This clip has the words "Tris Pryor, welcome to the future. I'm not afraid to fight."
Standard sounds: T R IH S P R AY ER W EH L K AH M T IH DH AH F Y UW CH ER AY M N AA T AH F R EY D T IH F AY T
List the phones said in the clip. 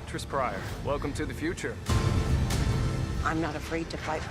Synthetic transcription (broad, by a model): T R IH S P R AY ER W EH L K AH M T IH DH AH F Y UW CH ER AY M N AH T AH F R EY D T IH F AY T